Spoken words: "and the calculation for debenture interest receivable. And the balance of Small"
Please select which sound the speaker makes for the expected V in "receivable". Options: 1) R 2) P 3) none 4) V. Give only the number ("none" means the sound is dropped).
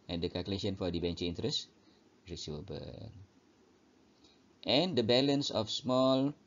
3